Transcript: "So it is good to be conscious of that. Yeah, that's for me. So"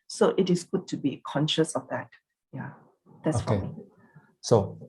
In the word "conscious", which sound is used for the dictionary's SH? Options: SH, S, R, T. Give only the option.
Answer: SH